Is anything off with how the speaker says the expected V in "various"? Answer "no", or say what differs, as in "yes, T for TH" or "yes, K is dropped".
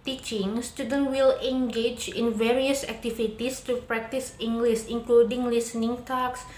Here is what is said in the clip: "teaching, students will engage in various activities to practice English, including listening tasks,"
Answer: no